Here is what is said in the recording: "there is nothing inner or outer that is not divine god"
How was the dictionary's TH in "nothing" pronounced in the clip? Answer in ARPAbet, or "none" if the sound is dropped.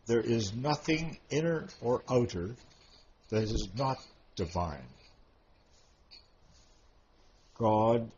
TH